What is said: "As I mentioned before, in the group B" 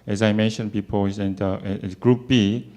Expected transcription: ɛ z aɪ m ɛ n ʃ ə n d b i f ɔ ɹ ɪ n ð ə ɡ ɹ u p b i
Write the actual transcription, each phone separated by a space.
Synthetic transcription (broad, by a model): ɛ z aɪ m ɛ n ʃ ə n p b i p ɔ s ɪ n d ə ɡ ɹ u p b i